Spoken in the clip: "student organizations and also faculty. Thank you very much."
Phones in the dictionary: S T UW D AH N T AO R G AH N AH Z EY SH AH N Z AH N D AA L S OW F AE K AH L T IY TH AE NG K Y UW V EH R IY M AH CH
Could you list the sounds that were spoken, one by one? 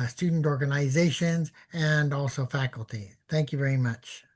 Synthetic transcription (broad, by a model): S T UW D N T AO R G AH N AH Z EY SH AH N Z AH N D AA L S OW F AE K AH L T IY TH AE NG K Y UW V EH R IY M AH CH